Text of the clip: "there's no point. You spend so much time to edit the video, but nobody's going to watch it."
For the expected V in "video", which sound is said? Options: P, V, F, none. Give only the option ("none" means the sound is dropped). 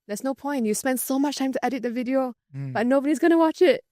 V